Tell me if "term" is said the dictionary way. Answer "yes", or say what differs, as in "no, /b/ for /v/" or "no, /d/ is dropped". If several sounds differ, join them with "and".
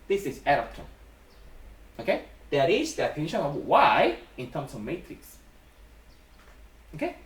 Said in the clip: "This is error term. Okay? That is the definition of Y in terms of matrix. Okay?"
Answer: no, /m/ is dropped